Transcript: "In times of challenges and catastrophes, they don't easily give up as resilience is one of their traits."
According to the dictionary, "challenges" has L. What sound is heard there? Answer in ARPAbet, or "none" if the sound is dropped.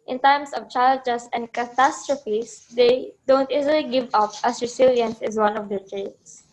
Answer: none